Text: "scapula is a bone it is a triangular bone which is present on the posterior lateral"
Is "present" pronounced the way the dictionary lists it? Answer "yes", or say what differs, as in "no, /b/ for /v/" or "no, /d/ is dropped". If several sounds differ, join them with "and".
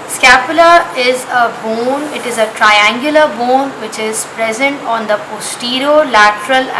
yes